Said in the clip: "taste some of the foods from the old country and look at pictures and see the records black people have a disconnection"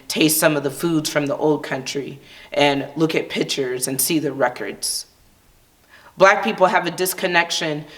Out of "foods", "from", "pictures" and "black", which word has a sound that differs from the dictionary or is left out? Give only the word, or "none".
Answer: none